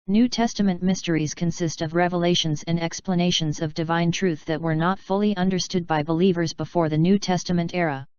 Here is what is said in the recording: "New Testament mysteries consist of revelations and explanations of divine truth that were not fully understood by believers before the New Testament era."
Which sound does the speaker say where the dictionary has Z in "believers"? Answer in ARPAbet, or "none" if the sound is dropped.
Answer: Z